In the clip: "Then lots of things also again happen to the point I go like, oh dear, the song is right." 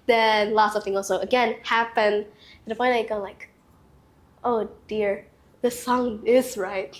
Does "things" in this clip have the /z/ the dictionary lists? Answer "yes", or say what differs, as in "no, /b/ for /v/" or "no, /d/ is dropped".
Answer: no, /z/ is dropped